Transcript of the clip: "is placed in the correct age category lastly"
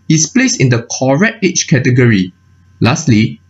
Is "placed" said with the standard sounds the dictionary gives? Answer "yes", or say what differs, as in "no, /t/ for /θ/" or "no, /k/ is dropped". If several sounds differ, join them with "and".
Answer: no, /t/ is dropped